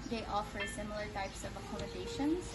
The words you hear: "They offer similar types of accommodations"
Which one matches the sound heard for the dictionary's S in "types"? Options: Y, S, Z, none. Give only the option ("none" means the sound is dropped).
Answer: S